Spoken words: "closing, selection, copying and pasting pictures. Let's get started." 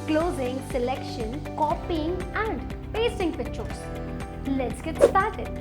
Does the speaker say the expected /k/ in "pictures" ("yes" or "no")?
no